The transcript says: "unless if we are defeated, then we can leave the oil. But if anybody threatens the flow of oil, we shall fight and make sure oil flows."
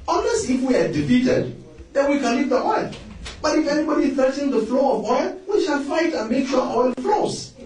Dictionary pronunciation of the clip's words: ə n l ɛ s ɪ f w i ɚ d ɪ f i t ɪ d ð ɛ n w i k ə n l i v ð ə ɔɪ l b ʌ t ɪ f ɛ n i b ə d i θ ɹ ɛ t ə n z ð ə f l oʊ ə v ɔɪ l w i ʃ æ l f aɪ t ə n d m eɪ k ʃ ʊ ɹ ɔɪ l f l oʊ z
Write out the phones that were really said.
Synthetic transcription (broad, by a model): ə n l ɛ s ɪ f w i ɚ d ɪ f i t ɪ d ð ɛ n w i k ə n l i v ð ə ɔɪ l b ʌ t ɪ f ɛ n i b ə d i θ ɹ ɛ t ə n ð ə f l oʊ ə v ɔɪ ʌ w i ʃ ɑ n f aɪ t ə n m eɪ k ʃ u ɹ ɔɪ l f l oʊ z